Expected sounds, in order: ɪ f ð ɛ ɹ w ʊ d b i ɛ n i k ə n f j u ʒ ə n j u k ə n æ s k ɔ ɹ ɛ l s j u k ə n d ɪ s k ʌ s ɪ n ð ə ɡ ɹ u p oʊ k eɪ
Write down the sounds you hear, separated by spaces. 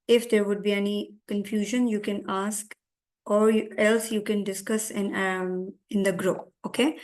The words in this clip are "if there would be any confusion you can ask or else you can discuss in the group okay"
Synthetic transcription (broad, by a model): ɪ f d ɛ ɹ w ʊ d b i ɛ n i k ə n f j u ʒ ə n j u k ə n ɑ s k ɔ ɹ ɛ l s j u k ə n d ɪ s k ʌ s ɪ n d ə ɡ ɹ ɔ oʊ k eɪ